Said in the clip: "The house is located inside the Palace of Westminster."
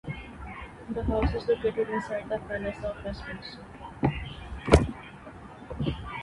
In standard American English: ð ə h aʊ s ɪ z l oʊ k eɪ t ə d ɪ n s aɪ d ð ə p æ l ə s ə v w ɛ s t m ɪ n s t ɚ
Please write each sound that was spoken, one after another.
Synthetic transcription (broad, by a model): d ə h aʊ s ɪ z l oʊ k eɪ t ə d ɪ n s aɪ d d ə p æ n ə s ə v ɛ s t ɪ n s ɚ